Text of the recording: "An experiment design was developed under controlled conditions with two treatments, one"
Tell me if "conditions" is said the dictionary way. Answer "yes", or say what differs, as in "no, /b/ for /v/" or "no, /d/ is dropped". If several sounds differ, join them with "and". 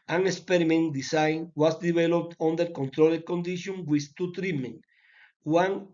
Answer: no, /z/ is dropped